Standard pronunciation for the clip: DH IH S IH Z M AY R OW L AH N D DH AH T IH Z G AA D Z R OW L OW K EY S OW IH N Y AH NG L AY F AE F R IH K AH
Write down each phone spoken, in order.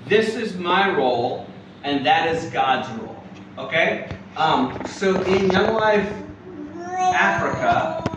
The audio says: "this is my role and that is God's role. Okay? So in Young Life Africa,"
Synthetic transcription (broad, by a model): DH IH S IH Z M AY R OW L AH N DH AH T IH Z G AA D Z R OW L OW K EY S OW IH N Y AH NG L AY F AE F R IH K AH